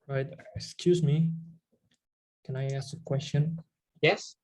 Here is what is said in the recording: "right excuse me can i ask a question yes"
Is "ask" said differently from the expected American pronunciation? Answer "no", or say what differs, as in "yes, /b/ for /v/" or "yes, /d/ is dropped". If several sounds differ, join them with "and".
no